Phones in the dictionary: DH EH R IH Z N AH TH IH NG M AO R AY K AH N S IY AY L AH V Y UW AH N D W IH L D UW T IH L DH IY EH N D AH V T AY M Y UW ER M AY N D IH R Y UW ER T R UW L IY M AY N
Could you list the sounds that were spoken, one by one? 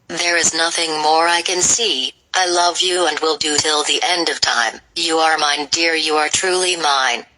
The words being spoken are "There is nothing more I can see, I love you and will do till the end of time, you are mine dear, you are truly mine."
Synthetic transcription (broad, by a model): DH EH R IH Z N AH TH IH NG M AO R AY K AH N S IY AY L AH V Y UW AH N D W IH L D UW T IH L DH IY EH N D AH V T AY M Y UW ER M AY N D IH R Y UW ER T R UW L IY M AY N